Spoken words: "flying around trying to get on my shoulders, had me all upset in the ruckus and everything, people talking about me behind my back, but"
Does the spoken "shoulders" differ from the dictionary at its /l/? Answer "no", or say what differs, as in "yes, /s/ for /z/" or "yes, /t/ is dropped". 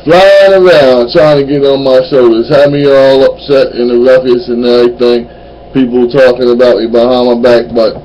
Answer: no